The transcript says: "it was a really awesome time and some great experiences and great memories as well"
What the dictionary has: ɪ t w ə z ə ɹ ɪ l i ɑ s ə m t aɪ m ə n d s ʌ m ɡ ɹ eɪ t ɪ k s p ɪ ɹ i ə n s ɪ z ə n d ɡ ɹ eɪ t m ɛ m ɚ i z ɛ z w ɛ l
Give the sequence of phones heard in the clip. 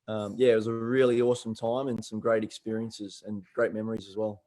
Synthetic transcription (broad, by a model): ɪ t w ə z ə ɹ ɪ l i ɑ s ə m t aɪ m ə n s ʌ m ɡ ɹ eɪ t ɪ k s p ɪ ɹ i ə n s ɪ z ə n ɡ ɹ eɪ t m ɛ m ɚ i z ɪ z w ɛ l